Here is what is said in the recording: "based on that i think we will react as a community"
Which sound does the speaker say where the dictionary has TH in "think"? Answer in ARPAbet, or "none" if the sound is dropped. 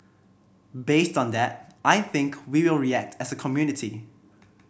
TH